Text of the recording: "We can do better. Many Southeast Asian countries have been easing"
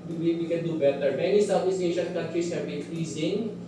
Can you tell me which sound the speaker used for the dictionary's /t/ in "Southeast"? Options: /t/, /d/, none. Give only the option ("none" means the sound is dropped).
none